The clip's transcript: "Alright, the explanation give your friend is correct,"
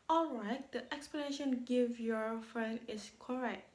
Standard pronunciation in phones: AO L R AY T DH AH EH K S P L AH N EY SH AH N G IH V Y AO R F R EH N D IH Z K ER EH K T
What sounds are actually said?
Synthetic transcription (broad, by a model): AO L R AY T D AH EH K S P L AH N EY SH AH N G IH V Y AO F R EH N IH S K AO EH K T